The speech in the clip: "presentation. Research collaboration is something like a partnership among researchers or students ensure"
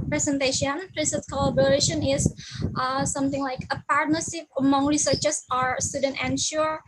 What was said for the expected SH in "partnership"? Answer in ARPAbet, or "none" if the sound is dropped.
S